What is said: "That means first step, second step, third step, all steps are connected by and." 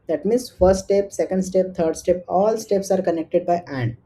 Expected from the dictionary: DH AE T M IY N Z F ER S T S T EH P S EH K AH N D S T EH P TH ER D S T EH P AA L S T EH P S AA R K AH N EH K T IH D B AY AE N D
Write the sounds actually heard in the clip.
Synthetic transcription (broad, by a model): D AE T M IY N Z F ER T S T EH P S EH K AH N D S T EH P T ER D S T EH P AA L S T EH P S AA R K AH N EH K T IH D B AY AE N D